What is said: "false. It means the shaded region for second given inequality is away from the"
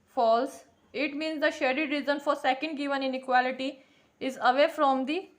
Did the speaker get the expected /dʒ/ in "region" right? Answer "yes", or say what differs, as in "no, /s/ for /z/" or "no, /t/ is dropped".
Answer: no, /z/ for /dʒ/